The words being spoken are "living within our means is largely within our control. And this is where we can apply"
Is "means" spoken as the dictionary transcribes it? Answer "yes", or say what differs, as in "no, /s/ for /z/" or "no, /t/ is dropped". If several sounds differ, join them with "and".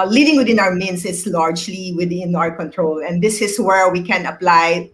no, /s/ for /z/